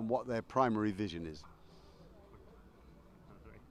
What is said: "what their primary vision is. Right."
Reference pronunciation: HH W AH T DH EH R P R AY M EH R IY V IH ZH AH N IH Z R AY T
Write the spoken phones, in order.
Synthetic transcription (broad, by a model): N W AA T DH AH P R AY M EH R IY V IH ZH AH N IH Z